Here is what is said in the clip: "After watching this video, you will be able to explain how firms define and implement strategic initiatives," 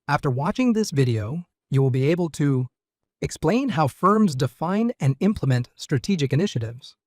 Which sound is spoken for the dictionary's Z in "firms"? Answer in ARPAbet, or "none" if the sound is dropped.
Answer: Z